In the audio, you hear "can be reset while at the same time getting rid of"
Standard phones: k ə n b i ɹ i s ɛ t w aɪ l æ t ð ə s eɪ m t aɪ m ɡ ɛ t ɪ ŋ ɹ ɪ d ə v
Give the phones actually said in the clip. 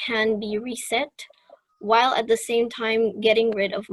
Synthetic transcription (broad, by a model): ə n b i ɹ i s ɛ t w aɪ l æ t ð ə s eɪ m t aɪ m ɡ ɛ t ɪ ŋ ɹ ɪ d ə v